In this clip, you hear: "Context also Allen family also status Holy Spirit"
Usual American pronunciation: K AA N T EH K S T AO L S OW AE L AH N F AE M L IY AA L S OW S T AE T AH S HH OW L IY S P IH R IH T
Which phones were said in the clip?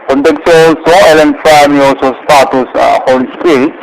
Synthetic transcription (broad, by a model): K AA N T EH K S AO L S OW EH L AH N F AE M IY AA L S OW S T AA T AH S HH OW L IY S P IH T